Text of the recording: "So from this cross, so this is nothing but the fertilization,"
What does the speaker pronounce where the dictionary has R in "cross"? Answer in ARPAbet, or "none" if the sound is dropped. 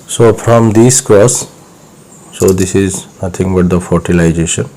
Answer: none